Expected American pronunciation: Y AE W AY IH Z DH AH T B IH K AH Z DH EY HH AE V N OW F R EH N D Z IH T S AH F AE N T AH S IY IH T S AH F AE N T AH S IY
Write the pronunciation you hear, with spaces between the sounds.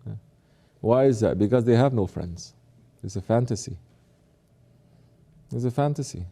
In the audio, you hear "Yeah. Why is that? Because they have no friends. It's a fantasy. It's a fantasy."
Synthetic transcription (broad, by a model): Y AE W AY IH Z DH AH T B IH K AH Z DH EY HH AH V N OW F R EH N D Z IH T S AH F AE N T AH S IY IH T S AH F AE N T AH S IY